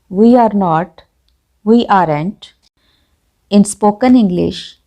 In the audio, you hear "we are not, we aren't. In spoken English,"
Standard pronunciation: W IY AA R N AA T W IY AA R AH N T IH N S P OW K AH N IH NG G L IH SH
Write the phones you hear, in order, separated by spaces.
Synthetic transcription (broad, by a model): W IY AA R N AA T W IY AA R AH N T IH N S P OW K AH N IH NG G L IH SH